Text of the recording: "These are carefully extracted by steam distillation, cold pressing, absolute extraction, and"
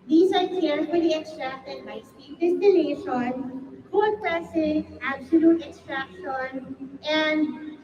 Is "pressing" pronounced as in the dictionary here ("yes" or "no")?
no